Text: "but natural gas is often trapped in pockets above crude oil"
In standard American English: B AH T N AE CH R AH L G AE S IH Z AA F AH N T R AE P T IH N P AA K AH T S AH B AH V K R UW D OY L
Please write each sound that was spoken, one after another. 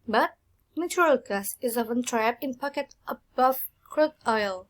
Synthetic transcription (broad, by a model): B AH T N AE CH R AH L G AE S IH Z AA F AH N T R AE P IH N P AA K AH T AH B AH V K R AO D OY L